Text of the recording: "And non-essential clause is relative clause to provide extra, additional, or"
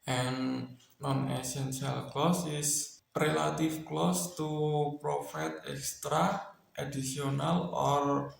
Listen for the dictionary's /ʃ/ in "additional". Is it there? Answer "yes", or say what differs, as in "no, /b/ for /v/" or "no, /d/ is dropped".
no, /s/ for /ʃ/